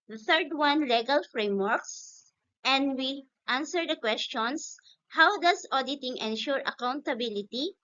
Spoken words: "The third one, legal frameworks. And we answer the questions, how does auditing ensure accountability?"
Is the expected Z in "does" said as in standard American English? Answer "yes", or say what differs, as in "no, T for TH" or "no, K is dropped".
no, S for Z